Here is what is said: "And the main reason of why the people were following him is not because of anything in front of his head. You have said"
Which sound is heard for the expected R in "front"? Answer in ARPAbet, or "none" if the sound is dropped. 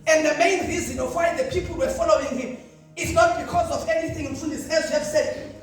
none